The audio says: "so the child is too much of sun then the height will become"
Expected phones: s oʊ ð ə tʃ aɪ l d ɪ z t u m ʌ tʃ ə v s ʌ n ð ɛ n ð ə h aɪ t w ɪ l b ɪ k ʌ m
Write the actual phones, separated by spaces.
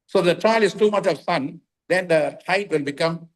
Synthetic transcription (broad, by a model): s oʊ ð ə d aɪ l ɪ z t u m ʌ tʃ ə v s ʌ n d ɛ n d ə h aɪ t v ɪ l b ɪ k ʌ m